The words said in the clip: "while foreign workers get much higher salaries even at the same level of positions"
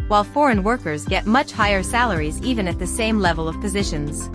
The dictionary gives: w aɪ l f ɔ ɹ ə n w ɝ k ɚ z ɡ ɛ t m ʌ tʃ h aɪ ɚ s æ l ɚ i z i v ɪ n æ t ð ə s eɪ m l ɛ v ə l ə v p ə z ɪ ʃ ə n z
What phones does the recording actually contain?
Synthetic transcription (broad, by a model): w aɪ l f ɔ ɹ ə n w ɝ k ɚ z ɡ ɛ t m ʌ tʃ h aɪ ɚ s æ l ɚ i z i v ɪ n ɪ t ð ə s eɪ m l ɛ v ə l ə v p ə z ɪ ʃ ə n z